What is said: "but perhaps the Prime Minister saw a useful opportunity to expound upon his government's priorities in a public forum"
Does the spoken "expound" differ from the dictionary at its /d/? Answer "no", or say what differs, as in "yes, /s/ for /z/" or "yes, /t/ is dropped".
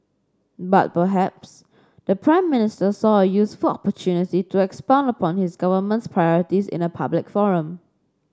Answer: no